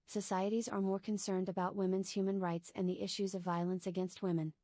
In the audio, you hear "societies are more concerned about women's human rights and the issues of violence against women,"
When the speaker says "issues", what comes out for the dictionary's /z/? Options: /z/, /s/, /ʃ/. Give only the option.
/z/